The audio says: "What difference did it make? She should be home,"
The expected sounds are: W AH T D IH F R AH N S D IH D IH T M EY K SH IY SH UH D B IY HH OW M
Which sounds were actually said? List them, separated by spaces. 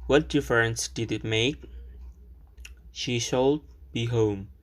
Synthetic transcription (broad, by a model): W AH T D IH F R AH N S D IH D IH T M EY K SH IY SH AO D B IY HH OW M